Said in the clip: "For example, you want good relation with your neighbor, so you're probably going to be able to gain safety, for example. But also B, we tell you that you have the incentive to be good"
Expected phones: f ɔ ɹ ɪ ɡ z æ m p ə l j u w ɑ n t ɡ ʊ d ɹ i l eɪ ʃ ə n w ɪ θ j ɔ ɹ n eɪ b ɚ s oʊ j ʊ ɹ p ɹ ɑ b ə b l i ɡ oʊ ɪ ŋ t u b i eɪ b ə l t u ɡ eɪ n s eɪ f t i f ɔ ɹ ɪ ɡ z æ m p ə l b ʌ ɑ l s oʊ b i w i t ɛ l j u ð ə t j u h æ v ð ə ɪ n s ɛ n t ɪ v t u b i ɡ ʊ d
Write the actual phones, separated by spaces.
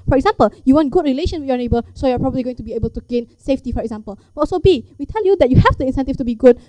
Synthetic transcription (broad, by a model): f ɔ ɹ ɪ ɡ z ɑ m p ə l j u w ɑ n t ɡ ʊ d ɹ i l eɪ ʃ ə n w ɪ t j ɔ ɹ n eɪ b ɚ s oʊ j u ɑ p ɹ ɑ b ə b l i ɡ oʊ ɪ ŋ t u b i eɪ b ə l t u ɡ eɪ n s eɪ f t i f ɔ ɹ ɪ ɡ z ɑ m p ə l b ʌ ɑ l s oʊ b i w i t ɛ l j u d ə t j u h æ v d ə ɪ n s ɛ n t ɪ f t u b i ɡ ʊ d